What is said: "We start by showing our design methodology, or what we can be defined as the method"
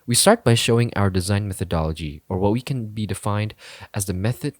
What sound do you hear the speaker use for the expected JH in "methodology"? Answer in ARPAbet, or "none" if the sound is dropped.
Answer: JH